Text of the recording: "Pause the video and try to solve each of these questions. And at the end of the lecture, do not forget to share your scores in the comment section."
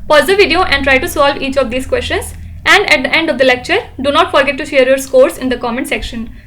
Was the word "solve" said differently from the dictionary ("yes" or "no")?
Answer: no